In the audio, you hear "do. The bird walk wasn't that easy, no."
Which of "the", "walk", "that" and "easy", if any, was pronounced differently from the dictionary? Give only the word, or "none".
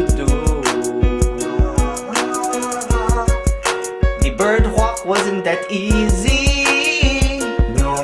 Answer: none